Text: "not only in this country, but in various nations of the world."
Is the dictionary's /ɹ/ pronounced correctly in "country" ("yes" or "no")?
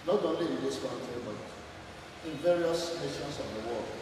no